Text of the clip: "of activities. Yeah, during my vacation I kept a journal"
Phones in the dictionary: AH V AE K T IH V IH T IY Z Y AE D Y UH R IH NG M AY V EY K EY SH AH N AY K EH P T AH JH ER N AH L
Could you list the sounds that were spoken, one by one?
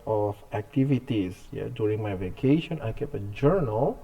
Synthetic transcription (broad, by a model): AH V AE K T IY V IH T IY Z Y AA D Y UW R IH NG M AY V EY K EY SH AH N AY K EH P AH JH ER N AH L